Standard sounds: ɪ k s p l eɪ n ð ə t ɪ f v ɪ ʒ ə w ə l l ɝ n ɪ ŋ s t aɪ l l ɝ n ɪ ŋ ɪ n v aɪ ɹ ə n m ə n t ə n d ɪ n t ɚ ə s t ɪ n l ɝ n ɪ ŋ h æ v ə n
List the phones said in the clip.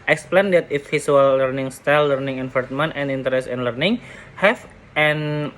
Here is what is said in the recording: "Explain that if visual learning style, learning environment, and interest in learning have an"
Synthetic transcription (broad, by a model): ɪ k s p l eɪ n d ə t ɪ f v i s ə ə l l ɝ n ɪ ŋ s t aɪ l l ɝ n ɪ ŋ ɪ n f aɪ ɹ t m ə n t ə n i n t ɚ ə s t ɪ n l ɝ n ɪ ŋ h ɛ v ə n